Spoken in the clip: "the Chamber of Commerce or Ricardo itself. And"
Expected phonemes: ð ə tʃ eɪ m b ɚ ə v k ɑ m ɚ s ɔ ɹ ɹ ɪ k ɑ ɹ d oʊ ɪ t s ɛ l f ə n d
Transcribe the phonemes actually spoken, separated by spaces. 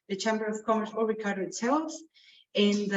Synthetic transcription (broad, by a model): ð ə tʃ eɪ m b ɚ ə v k ɑ m ɚ s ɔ l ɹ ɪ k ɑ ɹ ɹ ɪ t s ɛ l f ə n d